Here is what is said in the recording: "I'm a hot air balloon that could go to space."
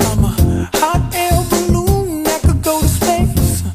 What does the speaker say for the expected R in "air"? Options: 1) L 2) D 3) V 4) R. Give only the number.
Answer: 1